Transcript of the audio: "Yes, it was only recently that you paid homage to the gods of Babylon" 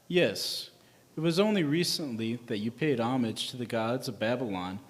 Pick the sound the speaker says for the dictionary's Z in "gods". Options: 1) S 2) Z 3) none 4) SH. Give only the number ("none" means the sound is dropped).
2